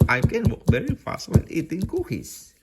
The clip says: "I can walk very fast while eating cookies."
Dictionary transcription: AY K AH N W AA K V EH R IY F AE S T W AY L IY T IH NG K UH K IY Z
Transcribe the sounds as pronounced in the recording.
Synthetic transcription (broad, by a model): AY K AH N W AA K V EH R IY F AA S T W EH N IY T IH NG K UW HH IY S